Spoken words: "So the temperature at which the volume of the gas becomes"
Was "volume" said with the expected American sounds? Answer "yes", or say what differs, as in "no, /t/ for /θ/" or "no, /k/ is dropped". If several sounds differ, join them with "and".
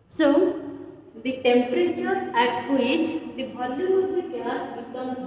no, /b/ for /v/